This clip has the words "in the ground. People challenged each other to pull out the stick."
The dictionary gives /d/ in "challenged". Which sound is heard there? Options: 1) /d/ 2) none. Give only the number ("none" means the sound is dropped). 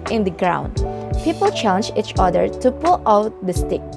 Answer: 2